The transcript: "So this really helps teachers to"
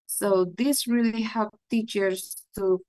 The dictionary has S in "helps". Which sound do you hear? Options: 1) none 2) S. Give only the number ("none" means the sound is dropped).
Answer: 1